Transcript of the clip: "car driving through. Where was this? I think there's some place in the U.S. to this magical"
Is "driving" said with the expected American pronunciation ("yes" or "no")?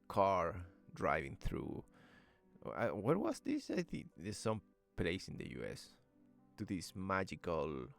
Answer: yes